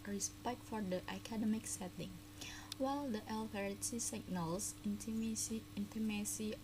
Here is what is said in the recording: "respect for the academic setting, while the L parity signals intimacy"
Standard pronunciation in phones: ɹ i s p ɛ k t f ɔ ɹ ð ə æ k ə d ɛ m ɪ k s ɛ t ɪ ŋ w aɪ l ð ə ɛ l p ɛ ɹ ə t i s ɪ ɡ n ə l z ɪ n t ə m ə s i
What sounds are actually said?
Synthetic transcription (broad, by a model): ɹ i s p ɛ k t f ɔ ɹ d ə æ k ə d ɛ m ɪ k s ɛ t ɪ ŋ w aɪ l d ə ɛ l f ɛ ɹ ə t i s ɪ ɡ n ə l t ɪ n t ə m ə s i